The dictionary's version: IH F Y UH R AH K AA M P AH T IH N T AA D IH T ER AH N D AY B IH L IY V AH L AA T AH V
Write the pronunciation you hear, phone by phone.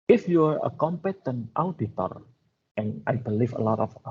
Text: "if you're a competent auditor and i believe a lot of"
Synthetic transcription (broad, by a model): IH F Y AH R AH K AA M P AH T IH N T AA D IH T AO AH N AY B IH L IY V AH L AA T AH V